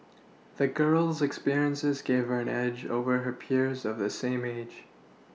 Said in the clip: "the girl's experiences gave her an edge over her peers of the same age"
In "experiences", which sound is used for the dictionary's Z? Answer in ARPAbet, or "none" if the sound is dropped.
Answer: Z